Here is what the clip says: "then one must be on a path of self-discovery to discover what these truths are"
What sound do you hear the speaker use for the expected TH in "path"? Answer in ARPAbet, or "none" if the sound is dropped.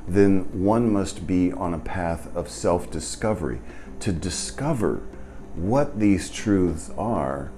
TH